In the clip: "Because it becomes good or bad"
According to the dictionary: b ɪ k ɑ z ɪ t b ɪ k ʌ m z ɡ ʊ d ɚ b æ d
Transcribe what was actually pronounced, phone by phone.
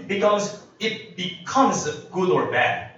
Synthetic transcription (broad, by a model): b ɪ k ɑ z ɪ t b ɪ k ʌ m z ɡ ʊ d ɚ b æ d